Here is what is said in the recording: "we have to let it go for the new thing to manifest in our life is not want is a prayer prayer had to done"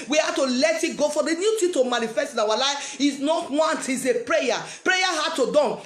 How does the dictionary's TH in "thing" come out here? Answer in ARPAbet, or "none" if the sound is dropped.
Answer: T